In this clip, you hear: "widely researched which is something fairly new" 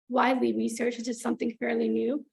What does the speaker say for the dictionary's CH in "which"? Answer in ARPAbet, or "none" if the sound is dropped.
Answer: none